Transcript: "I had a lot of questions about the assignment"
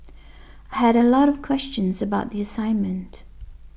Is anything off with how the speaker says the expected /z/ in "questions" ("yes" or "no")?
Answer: no